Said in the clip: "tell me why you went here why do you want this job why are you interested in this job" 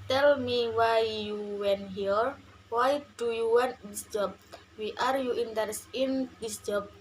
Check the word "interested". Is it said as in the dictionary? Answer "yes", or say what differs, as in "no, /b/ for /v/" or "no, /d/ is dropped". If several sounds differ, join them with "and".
no, /ɹ/ is dropped and /s/ is dropped